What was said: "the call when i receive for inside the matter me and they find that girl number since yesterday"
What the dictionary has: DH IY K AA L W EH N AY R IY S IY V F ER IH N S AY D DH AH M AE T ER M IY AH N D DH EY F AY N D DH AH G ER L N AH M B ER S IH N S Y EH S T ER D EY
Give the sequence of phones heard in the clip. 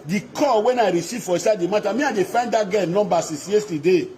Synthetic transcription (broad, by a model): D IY K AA W EH N AY R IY S IY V F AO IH S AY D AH M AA T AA M IY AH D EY F AY N D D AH G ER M N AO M B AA S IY S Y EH S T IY D EY